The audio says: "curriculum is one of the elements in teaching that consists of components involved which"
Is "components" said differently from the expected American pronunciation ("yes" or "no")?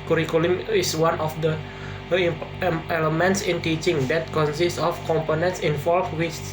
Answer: no